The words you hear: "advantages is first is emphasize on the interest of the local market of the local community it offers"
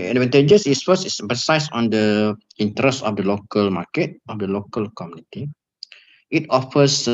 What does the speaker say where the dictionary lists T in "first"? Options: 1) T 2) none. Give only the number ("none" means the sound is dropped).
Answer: 2